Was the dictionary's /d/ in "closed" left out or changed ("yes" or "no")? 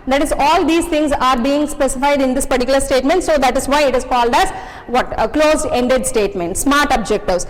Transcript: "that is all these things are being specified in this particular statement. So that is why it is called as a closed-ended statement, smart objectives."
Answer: yes